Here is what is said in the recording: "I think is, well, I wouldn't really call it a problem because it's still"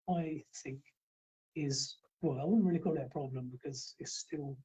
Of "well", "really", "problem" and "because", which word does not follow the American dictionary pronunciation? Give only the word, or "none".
none